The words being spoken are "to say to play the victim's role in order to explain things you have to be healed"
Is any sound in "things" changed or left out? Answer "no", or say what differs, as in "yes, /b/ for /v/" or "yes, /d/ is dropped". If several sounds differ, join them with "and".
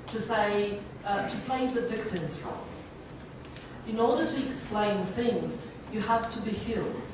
no